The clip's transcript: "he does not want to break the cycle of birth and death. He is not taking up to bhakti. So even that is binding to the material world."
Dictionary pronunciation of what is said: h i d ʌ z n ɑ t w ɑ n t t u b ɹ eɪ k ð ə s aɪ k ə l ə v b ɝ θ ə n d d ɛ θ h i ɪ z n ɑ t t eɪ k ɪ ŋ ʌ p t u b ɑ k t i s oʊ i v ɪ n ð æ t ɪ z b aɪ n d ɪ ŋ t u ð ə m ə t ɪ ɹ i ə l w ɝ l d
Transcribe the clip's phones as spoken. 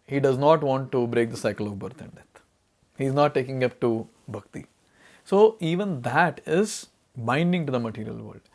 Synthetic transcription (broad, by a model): h i d ʌ z n ɑ t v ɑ n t t u b ɹ eɪ k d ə s aɪ k ə l ə v b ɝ t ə n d d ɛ t h i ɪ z n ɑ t t eɪ k ɪ ŋ ʌ p t u b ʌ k t i s oʊ i v ɪ n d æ t ɪ z b aɪ n d ɪ ŋ t u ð ə m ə t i ɹ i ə l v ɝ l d